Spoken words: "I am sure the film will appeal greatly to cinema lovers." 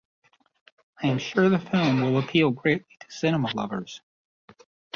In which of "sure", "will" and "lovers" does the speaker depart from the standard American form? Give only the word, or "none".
none